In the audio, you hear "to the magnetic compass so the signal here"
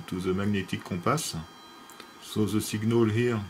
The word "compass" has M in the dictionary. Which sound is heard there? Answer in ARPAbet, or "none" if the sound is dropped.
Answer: none